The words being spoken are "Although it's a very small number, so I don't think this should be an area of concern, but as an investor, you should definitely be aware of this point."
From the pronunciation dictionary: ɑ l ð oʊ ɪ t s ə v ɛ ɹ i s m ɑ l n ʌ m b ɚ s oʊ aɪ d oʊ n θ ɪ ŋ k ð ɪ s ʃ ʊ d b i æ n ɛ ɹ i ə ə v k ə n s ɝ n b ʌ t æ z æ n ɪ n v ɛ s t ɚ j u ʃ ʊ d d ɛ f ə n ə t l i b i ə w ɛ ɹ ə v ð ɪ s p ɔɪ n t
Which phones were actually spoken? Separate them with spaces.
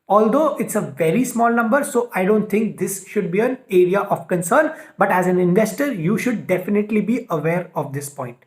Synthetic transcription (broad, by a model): ɑ l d oʊ ɪ t s ə v ɛ ɹ i s m ɑ l n ʌ m b ɚ s oʊ aɪ d oʊ n t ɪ ŋ k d ɪ s ʃ ʊ d b i æ n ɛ ɹ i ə ə v k ə n s ɝ n b ʌ t æ z æ n ɪ n v ɛ s t ɚ j u ʃ ʊ d d ɛ f ə n ə t l i b i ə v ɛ ɹ ə v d ɪ s p ɔɪ n t